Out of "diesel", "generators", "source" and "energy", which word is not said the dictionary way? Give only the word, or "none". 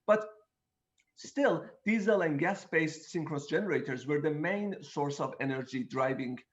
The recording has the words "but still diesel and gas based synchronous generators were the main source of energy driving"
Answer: none